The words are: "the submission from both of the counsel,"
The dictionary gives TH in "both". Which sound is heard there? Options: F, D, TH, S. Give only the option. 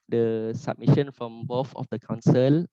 F